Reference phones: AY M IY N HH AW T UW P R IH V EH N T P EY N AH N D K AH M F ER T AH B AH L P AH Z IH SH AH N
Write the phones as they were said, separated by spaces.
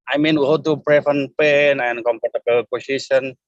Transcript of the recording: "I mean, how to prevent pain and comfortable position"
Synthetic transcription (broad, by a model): AY M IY N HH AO T UW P R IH F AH N P EY N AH N K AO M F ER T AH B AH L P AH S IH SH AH N